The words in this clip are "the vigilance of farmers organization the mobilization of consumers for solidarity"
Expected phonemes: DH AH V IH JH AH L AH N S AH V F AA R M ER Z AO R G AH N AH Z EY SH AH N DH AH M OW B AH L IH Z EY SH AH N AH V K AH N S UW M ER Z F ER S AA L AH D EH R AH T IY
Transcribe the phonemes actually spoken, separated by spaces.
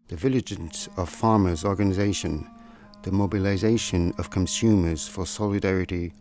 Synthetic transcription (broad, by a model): DH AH V IH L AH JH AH N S AH V F AA R M ER Z AO R G AH N AH Z EY SH AH N DH AH M OW B AH L IH Z EY SH AH N AH V K AH N S UW M ER Z F ER S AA L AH D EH R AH T IY